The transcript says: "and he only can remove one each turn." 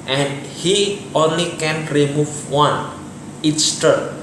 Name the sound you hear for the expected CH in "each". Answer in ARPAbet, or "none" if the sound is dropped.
S